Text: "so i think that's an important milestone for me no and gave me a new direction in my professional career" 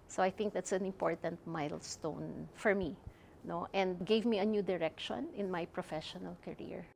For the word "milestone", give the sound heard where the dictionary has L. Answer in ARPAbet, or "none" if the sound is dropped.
L